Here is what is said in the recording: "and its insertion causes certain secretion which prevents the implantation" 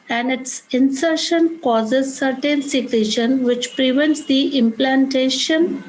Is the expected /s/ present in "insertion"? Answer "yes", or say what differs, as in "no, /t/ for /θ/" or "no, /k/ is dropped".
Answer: yes